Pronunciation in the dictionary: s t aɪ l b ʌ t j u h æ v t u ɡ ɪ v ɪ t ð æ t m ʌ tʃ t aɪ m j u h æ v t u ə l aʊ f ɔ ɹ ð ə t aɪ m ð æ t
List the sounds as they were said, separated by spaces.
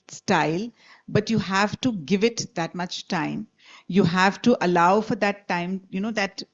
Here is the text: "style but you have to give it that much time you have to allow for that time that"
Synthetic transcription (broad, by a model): s t aɪ l b ʌ t j u h æ v t u ɡ ɪ v ɪ t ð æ t m ʌ tʃ t aɪ m j u h æ v t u ə l aʊ f ɔ ɹ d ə t aɪ m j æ t